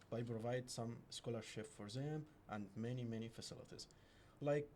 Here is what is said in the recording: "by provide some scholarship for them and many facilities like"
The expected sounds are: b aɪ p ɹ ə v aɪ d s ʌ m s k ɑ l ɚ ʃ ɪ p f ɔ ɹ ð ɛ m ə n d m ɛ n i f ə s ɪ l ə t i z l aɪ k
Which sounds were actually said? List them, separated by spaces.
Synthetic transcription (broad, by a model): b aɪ p ɹ ə v aɪ d s ʌ m s k ɑ l ɚ ʃ ɪ p f ɔ ɹ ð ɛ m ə n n m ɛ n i f ə s ɪ l ə t i z l aɪ k